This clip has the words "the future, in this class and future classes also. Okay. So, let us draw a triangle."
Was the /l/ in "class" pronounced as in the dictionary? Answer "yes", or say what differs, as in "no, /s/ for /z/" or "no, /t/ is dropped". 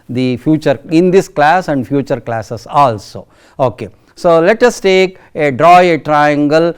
yes